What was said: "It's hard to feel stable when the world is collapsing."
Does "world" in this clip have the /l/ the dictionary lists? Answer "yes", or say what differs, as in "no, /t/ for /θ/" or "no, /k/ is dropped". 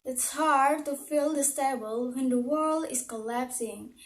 yes